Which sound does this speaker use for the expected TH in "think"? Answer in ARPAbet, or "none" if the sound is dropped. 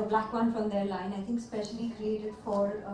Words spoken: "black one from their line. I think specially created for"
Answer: TH